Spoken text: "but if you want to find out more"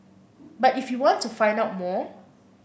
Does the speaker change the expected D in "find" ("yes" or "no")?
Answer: no